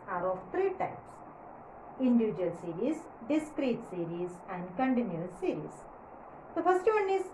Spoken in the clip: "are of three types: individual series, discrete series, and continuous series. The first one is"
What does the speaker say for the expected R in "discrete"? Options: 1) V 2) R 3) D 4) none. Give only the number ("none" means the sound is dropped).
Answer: 2